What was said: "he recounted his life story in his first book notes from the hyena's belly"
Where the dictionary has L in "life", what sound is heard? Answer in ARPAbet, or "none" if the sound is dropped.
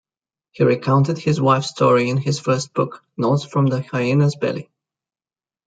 W